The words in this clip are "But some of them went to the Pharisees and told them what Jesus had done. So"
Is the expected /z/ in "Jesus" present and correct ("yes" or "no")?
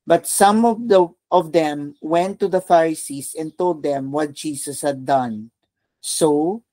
no